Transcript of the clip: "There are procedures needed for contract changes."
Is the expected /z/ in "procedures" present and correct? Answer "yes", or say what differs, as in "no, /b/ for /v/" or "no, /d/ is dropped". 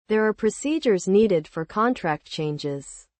yes